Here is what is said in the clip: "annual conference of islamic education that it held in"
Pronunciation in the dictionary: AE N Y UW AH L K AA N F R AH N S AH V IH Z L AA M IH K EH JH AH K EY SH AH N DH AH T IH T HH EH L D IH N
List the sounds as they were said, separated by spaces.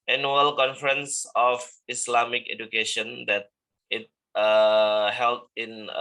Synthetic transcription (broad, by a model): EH N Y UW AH L K AA N F R AH N S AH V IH S L AA M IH K EH JH AH K EY SH AH N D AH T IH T HH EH L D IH N